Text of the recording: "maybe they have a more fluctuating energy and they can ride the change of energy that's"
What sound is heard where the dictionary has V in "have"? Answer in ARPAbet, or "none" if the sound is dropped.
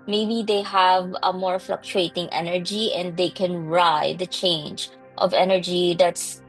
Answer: V